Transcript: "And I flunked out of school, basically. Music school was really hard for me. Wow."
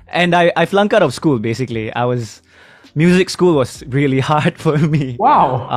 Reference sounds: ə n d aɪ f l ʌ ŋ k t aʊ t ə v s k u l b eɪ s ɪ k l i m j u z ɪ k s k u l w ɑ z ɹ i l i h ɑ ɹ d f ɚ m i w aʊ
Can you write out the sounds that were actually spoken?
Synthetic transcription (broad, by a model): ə n d aɪ f l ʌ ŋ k aʊ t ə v s k u l b eɪ s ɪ k l i m j u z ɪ k s k u l w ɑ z ɹ i l i h ɑ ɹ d f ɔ m i w aʊ